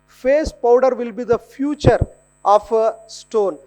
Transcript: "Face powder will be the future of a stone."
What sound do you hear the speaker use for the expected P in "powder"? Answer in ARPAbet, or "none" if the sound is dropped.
P